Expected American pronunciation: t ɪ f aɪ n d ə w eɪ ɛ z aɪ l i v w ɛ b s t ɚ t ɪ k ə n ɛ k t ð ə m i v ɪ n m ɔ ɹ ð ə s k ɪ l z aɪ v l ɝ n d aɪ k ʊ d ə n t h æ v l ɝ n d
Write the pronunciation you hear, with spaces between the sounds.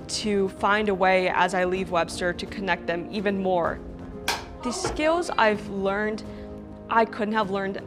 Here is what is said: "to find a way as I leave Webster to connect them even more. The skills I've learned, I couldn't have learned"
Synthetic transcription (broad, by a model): t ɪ f aɪ n d ə w eɪ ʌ z aɪ l i v w ɛ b s t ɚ t ɪ k ə n ɛ k t ð ə m i v ɪ n m ɔ ɹ ð ə s k ɪ l z aɪ v l ɝ n d aɪ k ʊ d n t h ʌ v l ɝ n d